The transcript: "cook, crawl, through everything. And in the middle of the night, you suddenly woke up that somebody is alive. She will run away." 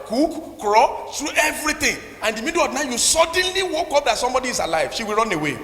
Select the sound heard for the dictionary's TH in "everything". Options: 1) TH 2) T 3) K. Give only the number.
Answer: 2